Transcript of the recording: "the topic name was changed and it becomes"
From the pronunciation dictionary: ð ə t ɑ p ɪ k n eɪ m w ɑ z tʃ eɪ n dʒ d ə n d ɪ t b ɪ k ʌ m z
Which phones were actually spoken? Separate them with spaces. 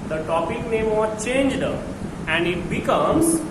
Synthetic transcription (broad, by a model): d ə t ɑ p ɪ k n eɪ m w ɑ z tʃ eɪ n dʒ d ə n d ɪ t b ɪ k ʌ m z